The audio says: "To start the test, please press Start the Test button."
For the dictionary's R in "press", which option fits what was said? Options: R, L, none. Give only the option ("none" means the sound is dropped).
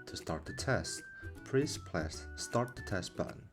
L